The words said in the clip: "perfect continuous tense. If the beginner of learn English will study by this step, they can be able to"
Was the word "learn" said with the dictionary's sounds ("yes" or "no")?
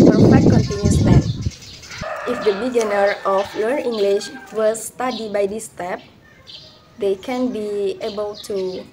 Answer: no